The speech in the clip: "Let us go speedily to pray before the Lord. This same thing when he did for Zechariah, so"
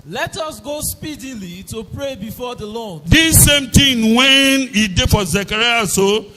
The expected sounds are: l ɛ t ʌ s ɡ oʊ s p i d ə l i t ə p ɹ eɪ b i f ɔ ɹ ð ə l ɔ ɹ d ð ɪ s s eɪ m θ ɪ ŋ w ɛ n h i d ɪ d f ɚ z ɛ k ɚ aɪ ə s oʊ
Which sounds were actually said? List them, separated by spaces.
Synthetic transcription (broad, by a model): l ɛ t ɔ s ɡ oʊ s p i d ə l i t ə p ɹ eɪ b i f ɔ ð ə l ɔ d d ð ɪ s s eɪ m t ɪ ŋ w ɛ n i d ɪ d f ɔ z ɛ k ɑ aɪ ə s oʊ